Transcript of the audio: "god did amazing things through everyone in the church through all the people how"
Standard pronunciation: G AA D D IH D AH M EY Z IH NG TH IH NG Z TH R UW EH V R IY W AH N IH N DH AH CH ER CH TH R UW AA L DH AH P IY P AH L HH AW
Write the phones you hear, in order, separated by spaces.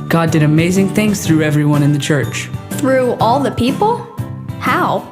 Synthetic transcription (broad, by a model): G AA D D IH D AH M EY Z IH NG TH IH NG Z TH R UW EH V R IY W AH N IH N DH AH CH ER CH TH R UW AA L DH AH P IY P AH L HH AW